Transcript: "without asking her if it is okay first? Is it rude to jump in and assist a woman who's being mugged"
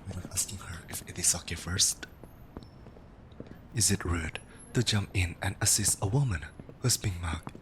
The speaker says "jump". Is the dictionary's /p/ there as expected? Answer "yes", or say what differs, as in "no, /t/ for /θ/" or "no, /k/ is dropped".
yes